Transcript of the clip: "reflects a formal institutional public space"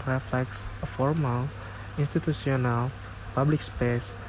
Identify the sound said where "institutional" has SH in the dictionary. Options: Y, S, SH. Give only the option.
S